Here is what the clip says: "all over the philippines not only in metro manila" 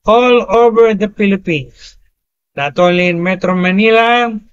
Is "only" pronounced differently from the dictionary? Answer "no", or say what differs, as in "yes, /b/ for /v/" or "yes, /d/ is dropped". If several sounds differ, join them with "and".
yes, /n/ is dropped